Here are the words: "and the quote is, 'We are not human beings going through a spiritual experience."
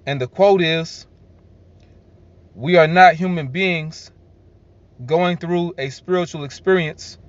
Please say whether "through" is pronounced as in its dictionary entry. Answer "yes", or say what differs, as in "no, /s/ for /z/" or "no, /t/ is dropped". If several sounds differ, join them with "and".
yes